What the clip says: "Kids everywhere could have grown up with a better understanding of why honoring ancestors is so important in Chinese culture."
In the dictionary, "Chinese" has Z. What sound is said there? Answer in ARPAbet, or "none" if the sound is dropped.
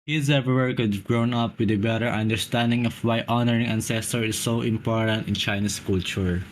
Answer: S